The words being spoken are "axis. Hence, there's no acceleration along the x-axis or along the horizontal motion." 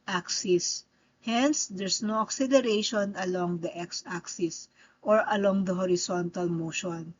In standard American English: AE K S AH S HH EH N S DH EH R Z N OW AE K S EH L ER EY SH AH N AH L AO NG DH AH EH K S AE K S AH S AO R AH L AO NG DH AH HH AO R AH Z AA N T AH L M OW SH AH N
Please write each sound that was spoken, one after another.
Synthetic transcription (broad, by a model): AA K S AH S HH EH N S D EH R S N OW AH K S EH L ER EY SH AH N AH L AO NG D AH EH K S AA K S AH S AO R AH L AO NG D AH HH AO R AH S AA N T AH L M OW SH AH N